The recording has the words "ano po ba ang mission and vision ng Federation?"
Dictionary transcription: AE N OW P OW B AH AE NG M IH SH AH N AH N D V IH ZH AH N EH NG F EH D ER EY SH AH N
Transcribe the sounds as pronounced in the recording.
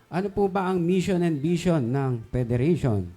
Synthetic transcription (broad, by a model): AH N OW P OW B AH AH NG M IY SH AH N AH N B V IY SH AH N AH NG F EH D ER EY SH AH N